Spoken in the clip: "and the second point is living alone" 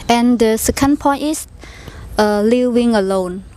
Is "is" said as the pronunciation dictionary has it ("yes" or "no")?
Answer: no